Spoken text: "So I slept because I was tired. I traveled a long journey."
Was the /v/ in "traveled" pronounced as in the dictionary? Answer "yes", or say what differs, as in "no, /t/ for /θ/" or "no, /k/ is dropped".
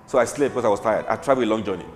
no, /v/ is dropped